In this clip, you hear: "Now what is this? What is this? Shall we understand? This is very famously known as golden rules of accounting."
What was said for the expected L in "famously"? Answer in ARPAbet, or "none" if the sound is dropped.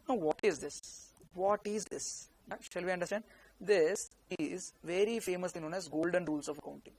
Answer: none